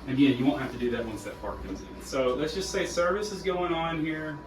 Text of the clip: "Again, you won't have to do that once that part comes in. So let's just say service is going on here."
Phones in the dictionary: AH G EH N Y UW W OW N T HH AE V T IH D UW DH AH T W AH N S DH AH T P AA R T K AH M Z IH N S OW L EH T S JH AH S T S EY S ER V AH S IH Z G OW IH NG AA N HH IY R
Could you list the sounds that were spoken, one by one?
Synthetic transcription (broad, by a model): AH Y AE Y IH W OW N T HH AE F T IH D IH DH AH T W AH N S DH AH T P AA R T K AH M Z IH N S OW L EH T S JH AH S T S EY S ER V AH S IH Z G OW IH NG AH N HH IY R